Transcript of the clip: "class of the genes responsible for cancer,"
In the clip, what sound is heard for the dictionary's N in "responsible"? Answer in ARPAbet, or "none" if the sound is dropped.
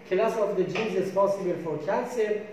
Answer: none